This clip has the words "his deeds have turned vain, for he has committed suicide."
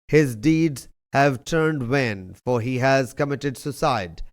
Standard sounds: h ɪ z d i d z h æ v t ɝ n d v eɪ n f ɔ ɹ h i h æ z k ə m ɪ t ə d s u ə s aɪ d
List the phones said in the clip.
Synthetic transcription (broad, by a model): h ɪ z d i d z h æ v t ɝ n d w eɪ n f ɔ ɹ h i h æ z k ə m ɪ t ə d s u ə s aɪ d